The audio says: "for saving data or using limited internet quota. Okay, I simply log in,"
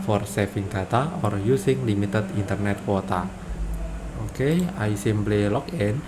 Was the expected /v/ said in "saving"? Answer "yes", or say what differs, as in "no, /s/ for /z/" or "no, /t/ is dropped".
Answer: no, /f/ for /v/